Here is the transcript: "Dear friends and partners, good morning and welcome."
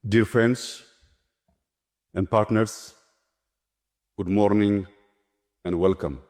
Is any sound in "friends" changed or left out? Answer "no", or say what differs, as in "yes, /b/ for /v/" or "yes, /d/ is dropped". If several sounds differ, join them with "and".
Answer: yes, /s/ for /z/